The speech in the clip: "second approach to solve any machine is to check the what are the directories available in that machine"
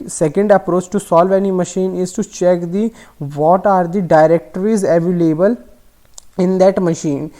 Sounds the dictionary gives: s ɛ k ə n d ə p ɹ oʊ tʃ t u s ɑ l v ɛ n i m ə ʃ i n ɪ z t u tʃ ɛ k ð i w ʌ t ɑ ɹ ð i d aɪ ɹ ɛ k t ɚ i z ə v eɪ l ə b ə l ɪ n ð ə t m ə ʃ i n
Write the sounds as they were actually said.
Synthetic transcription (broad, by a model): s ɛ k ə n d ə p ɹ oʊ tʃ t u s ɑ l v ɛ n i m ə ʃ i n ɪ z t u tʃ ɛ k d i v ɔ t ɑ ɹ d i d aɪ ɹ ɛ k t ɚ i z ə v eɪ l ə b ə l ɪ n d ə t m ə ʃ i n